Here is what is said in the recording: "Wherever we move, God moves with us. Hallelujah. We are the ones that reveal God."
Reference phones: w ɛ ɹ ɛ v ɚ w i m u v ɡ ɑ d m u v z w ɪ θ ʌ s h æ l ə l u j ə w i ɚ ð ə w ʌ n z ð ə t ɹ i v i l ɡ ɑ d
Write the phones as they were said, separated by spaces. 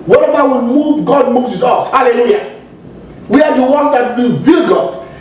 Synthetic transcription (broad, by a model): w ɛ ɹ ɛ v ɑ w i m u v ɡ ɑ d m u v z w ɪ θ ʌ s h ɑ l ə l u j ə w i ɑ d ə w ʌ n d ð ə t w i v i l ɡ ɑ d